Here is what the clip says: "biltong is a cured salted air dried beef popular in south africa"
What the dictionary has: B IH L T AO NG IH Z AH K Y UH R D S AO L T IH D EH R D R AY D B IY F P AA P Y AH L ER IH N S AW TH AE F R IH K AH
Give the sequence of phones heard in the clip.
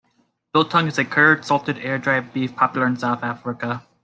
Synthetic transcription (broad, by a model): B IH L T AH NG IH Z AH K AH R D S AO L T IH D EH R D R AY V B IY F P AA P Y L ER IH N S AW TH AE F R IH K AH